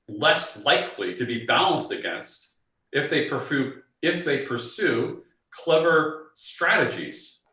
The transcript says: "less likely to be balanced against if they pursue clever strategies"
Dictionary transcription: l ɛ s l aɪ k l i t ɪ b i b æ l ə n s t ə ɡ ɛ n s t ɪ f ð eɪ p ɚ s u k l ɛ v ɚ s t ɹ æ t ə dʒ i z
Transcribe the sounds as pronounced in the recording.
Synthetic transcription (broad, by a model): l ɛ s l aɪ k l i t ɪ b i b æ l ə n s t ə ɡ ɛ n s t ɪ f ð eɪ p ɚ s u k l ɛ v ɚ s t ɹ æ t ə dʒ i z